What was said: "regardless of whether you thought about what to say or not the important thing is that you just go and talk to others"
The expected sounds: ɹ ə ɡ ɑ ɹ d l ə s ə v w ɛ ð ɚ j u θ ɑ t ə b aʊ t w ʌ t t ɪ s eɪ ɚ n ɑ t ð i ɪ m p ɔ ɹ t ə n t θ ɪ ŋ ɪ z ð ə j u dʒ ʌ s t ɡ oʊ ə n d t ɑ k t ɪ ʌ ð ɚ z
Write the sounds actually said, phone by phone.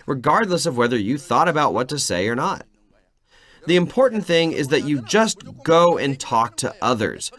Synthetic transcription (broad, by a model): ɹ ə ɡ ɑ ɹ d l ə s ə v w ɛ ð ɚ j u θ ɑ t ə b aʊ t w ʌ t t ɪ s eɪ ɚ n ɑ t ð i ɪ m p ɔ ɹ t n θ ɪ ŋ ɪ z ð ə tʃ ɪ dʒ ʌ s t ɡ oʊ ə n t ɑ k t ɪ ʌ ð ɚ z